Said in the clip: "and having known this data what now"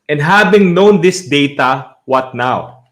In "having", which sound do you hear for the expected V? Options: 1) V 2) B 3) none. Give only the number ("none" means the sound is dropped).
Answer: 2